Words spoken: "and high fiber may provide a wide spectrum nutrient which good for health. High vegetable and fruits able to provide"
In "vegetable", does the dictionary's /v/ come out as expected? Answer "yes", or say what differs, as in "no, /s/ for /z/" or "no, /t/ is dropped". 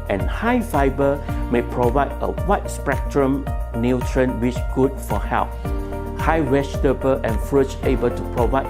no, /w/ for /v/